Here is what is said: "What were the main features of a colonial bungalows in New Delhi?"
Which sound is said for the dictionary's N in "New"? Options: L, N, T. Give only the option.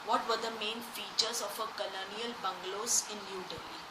L